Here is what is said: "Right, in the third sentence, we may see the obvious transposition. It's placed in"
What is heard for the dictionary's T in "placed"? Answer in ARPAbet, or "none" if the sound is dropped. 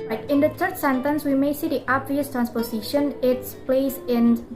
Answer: none